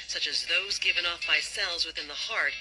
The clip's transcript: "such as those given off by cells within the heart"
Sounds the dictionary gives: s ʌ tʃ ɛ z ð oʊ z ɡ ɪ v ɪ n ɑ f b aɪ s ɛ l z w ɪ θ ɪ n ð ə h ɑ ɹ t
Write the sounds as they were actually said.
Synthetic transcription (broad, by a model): s ʌ tʃ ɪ z ð oʊ z ɡ ɪ v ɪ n ɑ f b aɪ s ɛ l z w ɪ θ ɪ n ð ə h ɑ ɹ t